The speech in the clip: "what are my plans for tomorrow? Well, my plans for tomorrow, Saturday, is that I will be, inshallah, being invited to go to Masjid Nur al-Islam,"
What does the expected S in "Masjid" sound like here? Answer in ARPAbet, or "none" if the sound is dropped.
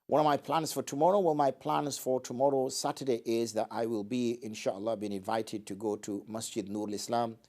S